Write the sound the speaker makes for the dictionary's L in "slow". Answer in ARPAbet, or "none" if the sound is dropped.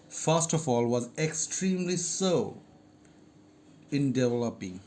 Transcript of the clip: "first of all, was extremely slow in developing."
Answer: none